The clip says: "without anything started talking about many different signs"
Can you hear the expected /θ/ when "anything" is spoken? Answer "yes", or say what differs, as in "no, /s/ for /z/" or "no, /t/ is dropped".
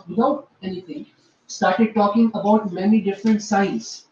no, /t/ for /θ/